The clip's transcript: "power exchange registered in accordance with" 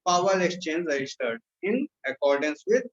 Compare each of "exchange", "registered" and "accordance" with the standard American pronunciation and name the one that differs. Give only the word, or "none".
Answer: none